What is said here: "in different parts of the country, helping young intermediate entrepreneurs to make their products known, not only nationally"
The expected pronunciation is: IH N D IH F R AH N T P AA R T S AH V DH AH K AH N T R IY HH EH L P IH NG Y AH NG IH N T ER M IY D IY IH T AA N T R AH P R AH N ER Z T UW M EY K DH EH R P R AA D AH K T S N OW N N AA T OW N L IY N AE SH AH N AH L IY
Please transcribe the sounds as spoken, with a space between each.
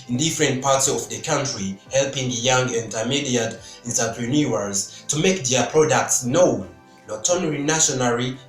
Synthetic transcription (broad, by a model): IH N D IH F R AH N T P AA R T S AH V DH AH K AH N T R IY HH EH L P IH NG Y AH NG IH N T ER M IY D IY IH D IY N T AH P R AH N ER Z T UW M EY K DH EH P R AA D AH K T S N OW N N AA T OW N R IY N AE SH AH N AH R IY